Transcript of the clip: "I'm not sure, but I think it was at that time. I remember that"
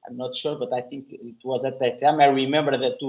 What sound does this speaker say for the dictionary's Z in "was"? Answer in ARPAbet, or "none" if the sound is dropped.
Z